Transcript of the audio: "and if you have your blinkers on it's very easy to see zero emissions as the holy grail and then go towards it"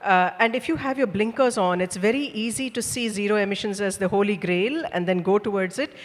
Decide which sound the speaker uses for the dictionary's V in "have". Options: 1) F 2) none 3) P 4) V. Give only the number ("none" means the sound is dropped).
4